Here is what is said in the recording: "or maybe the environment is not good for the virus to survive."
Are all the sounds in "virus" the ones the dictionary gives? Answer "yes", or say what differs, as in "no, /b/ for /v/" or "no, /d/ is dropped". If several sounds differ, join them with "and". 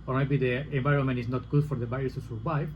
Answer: no, /ɹ/ is dropped